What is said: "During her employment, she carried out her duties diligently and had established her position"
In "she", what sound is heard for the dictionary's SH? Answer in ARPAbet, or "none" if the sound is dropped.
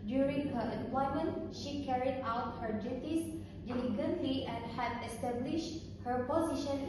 SH